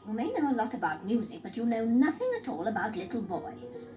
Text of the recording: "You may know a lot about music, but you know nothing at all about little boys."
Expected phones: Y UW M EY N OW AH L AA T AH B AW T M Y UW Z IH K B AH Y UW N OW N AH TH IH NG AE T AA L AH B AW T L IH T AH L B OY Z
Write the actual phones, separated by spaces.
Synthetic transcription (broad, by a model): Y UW M EY N OW AH L AA T AH B AW T M Y UW Z IH K B AH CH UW N OW N AH TH IH NG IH T AA L AH B AW T L IH T L B OY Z